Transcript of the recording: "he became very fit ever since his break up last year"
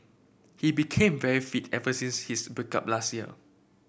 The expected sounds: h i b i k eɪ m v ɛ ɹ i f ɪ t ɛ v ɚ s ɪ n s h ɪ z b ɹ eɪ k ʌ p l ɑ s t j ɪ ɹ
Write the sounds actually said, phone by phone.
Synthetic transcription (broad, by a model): h i b i k eɪ m v ɛ ɹ i f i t ɛ v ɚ s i n s h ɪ s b eɪ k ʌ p l ɑ s t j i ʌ